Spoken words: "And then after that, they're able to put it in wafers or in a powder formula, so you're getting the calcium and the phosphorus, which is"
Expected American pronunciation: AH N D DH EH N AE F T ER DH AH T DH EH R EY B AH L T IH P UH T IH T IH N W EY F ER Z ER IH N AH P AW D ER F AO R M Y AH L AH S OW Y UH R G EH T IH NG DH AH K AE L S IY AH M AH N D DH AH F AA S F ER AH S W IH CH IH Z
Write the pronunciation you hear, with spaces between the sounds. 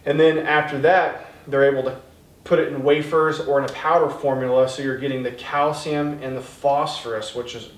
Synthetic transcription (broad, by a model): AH N DH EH N AE F T ER DH AH T DH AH R EY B L T IH P UH T IH T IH N W EY F ER Z ER IH N AH P AW D ER F AO R M Y L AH S OW Y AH R G EH T IH NG DH AH K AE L S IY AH M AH N DH AH F AA S F ER AH S W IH CH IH Z